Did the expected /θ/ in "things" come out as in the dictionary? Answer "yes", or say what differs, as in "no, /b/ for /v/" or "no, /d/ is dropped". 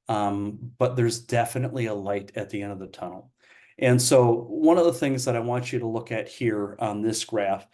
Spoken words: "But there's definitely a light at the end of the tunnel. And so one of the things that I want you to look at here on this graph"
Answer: yes